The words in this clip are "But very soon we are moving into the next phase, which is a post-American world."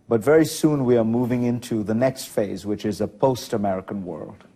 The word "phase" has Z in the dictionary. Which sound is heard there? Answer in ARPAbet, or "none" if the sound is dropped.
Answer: Z